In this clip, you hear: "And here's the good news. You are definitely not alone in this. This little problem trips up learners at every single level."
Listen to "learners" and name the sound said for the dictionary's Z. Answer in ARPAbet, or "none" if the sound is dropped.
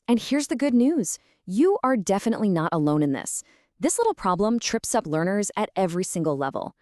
Z